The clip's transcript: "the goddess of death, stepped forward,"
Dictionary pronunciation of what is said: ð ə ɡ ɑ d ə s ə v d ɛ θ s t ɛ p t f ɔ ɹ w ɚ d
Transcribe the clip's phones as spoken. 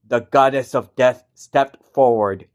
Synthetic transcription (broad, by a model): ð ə ɡ ɑ d ə s ə v d ɛ θ s t ɛ p t f ɔ ɹ w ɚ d